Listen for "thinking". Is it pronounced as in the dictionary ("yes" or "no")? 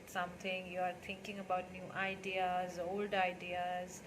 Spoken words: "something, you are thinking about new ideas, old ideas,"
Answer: no